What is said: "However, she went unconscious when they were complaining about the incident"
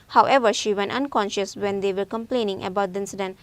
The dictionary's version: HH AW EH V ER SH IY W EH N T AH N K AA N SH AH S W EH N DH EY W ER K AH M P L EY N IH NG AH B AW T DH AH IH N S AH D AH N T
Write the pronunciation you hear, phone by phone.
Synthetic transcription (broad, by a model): HH AW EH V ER SH IY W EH N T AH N K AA N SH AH S W EH N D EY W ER K AH M P L EY N IH NG AH B AW T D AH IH N S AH D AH N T